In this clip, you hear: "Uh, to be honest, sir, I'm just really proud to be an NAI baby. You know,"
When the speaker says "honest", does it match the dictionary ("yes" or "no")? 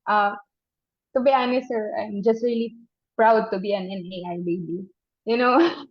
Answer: no